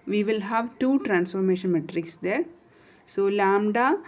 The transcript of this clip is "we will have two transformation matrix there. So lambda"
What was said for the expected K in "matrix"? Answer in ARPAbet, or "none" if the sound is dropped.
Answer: K